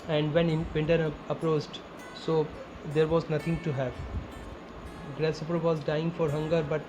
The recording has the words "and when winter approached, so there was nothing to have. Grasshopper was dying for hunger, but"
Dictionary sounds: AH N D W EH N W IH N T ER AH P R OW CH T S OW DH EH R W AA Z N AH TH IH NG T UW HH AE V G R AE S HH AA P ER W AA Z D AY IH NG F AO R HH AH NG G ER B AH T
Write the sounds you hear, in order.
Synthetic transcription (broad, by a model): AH N D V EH N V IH N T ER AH P R OW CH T S OW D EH R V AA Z N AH T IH NG T UW HH AE V G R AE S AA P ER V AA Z D AY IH NG F AO R HH AH NG G ER B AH T